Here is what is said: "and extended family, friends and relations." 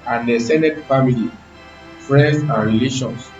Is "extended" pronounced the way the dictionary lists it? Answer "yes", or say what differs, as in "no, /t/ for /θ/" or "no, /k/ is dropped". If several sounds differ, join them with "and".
no, /k/ is dropped